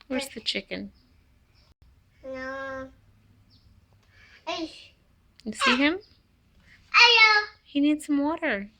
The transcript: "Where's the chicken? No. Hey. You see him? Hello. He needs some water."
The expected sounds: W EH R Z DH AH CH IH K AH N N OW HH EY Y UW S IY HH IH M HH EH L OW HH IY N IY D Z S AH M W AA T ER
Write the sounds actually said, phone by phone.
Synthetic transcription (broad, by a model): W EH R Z DH AH CH IH K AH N N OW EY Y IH S IY HH IH M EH OW HH IY N IY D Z S AH M W AA T ER